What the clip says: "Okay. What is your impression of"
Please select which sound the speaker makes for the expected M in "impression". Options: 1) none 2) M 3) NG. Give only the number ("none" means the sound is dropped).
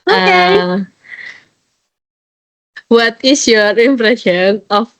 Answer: 2